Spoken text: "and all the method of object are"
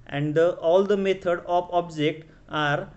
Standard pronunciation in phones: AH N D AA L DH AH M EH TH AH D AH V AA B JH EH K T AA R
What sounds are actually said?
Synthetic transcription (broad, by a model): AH N D AA L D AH M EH T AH D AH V AA B JH EH K T AA R